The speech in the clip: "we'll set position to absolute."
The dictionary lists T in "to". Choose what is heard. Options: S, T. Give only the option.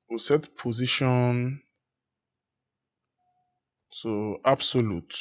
S